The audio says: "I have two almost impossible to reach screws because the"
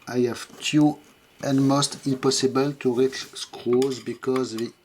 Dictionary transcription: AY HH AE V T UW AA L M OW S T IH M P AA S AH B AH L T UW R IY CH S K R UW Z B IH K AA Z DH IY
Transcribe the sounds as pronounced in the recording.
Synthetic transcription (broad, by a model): AY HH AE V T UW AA N M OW S T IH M P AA S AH B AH L T UW R IY CH S K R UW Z B IH K AA Z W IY